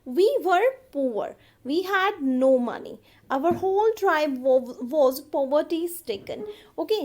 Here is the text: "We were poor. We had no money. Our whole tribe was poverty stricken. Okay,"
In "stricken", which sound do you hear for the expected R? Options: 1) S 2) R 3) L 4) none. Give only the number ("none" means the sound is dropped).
4